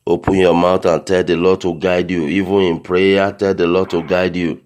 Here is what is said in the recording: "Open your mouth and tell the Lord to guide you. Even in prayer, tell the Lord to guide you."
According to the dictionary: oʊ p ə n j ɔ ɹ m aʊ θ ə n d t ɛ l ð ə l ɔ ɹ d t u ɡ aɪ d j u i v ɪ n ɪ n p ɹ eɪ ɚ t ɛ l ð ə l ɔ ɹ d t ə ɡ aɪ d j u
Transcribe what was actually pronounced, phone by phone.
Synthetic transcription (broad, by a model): oʊ p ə n j ɔ m aʊ t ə n t ɛ l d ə l ɔ d t u ɡ aɪ d j u i v ɪ n ɪ n p ɹ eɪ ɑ t ɛ l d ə l ɔ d t ə ɡ aɪ d j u